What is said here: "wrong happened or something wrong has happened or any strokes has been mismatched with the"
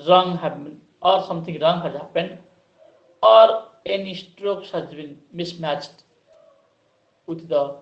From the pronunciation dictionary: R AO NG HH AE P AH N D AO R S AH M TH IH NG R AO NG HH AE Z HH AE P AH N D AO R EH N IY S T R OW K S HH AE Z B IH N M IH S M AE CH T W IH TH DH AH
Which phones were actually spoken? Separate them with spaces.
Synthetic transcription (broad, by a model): R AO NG HH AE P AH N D AO R S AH M T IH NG R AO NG HH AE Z HH AE P AH N D AO R EH N IY S T R OW K S HH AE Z B IH N M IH S M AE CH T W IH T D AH